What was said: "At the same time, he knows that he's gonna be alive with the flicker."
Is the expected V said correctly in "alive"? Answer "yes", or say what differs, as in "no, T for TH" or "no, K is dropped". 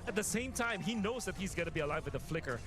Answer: yes